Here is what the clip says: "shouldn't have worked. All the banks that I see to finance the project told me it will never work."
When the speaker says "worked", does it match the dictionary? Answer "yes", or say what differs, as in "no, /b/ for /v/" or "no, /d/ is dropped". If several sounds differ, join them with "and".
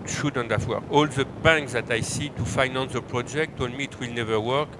no, /t/ is dropped